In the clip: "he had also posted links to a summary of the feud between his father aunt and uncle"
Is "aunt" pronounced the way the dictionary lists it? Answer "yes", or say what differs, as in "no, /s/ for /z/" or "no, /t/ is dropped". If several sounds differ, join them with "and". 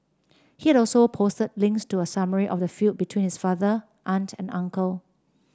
yes